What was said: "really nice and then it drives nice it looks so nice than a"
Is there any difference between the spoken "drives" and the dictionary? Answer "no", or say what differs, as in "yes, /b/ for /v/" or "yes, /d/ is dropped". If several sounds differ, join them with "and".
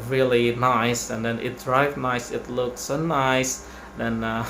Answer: yes, /z/ is dropped